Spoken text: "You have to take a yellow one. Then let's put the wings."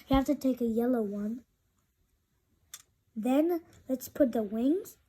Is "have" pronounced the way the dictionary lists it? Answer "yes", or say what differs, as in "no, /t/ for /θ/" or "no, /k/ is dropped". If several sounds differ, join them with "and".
no, /f/ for /v/